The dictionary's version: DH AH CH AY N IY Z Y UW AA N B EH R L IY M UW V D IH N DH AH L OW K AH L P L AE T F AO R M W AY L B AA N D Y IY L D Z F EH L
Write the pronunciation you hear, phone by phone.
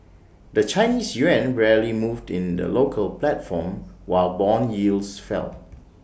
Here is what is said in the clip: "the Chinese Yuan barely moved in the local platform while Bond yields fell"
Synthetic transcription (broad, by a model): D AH CH AY N IY S Y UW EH N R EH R L IY M UW V D IH N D AH L OW K AH L P L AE T F AO M W AY L B AA N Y IY L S F EH L